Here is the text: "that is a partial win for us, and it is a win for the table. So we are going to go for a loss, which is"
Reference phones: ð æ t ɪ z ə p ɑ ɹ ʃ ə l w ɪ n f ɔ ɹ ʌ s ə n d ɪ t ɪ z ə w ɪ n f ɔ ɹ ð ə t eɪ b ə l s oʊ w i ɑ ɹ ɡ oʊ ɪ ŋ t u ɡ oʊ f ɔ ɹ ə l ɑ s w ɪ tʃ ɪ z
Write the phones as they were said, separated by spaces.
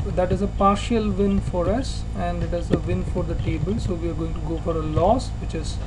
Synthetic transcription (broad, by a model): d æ t ɪ z ə p ɑ ɹ ʃ ə l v ɪ n f ɔ ɹ ʌ s ə n d ɪ t ɪ z ə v ɪ n f ɔ ɹ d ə t eɪ b ə l s oʊ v i ɑ ɹ ɡ oʊ ɪ ŋ t u ɡ oʊ f ɔ ɹ ə l ɑ s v ɪ tʃ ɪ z